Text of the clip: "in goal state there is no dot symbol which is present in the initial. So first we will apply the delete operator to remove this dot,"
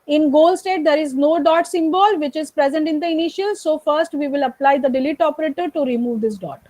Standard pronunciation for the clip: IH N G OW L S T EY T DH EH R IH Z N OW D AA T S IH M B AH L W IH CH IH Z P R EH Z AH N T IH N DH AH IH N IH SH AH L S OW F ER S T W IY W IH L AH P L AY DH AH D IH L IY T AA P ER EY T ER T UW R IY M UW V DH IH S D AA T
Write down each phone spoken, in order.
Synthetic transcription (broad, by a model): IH N G OW L S T EY T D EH R IH Z N OW D AA T S IH M B AH L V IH CH IH Z P R EH Z AH N T IH N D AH IH N IH SH AH L S OW F ER S T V IY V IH L AH P L AY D AH D IH L IY T AA P ER EY T ER T UW R IY M UW V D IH S D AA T